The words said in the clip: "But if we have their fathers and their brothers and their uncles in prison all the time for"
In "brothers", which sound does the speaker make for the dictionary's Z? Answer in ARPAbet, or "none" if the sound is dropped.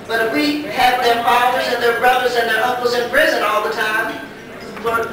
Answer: Z